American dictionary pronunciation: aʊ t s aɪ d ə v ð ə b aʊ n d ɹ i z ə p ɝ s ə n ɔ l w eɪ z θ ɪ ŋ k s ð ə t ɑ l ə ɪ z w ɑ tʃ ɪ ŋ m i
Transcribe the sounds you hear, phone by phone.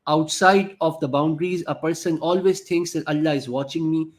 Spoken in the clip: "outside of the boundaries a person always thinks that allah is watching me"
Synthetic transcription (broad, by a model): aʊ t s aɪ d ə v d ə b aʊ n d ɹ i z ə p ɝ s ə n ɔ l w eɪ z t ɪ ŋ k s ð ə t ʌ l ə ɪ z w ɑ tʃ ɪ ŋ m i